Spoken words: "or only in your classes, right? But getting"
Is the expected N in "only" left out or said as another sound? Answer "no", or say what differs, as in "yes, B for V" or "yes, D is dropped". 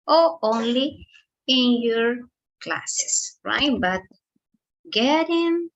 no